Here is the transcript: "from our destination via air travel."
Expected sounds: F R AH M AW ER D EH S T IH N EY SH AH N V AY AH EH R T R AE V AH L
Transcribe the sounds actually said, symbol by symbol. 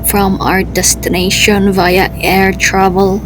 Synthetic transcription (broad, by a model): F R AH M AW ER D EH S T IH N EY SH AH N V AY AH EH R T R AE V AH L